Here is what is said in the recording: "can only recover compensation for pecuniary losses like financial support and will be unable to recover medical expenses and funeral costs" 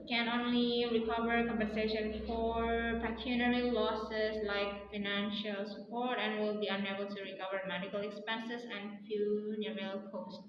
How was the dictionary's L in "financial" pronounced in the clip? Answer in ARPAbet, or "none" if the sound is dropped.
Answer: L